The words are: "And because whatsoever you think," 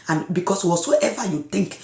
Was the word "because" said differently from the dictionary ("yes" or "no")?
yes